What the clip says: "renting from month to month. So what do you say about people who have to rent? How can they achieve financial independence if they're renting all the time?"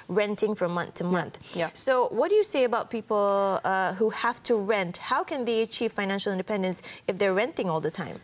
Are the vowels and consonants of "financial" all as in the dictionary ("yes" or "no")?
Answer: yes